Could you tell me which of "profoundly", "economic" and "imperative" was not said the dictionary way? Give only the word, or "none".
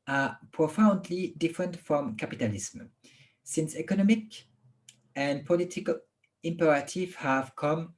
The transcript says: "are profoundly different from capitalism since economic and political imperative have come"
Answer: none